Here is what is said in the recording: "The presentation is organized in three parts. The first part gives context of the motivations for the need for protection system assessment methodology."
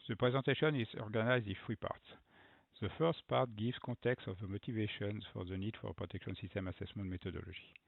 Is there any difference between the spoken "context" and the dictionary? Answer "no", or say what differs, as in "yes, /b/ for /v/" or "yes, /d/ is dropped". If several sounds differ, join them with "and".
yes, /n/ is dropped